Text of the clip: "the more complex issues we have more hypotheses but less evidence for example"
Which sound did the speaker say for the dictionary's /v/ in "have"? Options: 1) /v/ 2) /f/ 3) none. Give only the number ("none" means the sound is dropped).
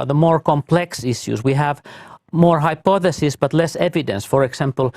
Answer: 1